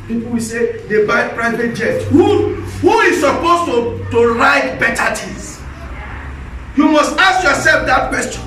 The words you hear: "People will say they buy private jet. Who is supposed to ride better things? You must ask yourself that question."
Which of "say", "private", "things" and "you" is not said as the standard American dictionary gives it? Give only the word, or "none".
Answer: things